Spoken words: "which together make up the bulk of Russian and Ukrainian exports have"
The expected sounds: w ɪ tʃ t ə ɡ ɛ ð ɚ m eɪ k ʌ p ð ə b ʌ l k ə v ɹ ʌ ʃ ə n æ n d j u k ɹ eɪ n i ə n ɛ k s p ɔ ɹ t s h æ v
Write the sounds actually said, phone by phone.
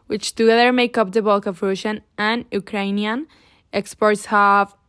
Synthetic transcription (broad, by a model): w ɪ tʃ t ə ɡ ɛ ð ɚ m eɪ k ʌ p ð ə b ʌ l k ə v ɹ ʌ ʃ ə n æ n j u k ɹ eɪ n i ə n ɛ k s p ɔ ɹ t s h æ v